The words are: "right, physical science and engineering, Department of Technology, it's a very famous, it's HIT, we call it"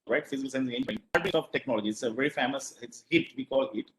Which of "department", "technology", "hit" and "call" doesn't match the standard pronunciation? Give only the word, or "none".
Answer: department